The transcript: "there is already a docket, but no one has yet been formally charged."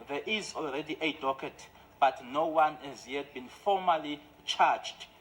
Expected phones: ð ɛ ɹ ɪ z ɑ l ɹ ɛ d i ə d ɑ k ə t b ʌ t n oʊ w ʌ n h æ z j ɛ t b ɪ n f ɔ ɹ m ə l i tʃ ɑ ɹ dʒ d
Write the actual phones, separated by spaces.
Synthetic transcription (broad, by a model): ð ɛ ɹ ɪ z ɑ l ɹ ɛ d i ə d ɑ k ə t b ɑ t n oʊ w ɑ n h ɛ z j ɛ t b ɪ n f ɔ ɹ m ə l i tʃ ɑ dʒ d